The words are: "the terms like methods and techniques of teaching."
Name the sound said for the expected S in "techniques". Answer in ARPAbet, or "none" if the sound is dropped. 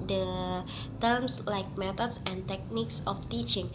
S